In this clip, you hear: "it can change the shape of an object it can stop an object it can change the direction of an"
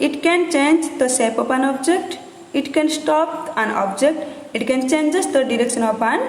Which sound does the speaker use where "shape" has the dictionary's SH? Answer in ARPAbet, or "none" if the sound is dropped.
S